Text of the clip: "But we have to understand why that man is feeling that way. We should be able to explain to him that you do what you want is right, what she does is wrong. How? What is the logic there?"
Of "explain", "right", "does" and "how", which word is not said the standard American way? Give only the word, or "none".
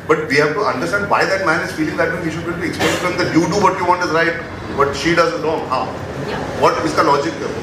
explain